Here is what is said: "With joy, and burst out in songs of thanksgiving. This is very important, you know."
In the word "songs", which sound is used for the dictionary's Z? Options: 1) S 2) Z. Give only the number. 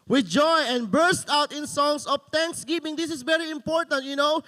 1